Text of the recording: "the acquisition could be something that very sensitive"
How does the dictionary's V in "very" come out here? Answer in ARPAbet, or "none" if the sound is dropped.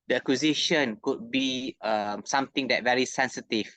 V